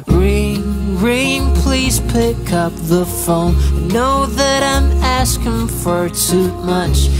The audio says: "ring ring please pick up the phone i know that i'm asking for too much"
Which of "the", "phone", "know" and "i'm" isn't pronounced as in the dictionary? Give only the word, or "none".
phone